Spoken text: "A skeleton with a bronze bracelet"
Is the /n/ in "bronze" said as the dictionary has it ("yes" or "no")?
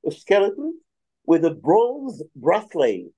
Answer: no